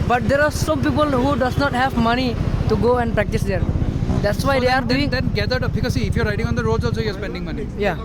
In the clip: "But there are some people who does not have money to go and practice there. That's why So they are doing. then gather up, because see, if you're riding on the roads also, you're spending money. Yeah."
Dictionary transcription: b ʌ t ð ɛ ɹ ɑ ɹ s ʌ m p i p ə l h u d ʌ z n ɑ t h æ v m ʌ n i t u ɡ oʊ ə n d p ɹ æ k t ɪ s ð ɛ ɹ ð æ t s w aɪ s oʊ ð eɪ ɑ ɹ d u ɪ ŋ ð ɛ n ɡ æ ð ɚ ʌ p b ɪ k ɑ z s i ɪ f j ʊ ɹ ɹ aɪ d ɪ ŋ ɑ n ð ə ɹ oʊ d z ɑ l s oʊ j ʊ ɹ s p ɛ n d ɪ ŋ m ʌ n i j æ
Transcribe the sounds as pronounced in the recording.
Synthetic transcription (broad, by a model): b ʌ t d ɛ ɹ ɑ ɹ s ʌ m p i p ə l h u d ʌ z n ɑ t h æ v m ʌ n i t u ɡ oʊ ə n d p ɹ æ k t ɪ s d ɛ ɹ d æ t s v aɪ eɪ ɑ ɹ d u ɪ ŋ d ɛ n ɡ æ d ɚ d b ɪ k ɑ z s i ɪ f j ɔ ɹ ɹ aɪ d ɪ ŋ ɑ n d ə ɹ oʊ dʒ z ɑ s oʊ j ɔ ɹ s p ɛ n d ɪ ŋ m ʌ n i j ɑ